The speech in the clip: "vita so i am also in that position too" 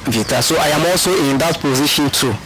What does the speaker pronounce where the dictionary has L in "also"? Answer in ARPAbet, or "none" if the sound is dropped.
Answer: L